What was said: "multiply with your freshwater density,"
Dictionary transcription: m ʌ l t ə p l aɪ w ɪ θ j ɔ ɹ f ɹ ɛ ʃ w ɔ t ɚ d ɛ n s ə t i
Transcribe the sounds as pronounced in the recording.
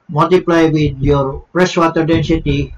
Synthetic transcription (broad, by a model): m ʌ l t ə p l aɪ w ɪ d j ɔ ɹ p ɹ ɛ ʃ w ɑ t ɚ d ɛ n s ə t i